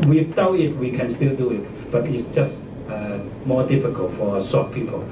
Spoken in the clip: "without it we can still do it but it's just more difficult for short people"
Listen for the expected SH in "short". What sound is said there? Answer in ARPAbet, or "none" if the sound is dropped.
S